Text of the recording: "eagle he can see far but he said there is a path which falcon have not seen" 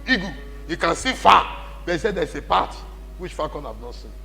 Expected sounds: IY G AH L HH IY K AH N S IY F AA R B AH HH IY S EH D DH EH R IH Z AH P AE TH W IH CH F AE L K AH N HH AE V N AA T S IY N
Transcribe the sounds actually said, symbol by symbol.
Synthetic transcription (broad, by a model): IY G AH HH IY K AH N S IY F AA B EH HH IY S EH D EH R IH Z AH P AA T W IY CH F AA K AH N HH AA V N AA T S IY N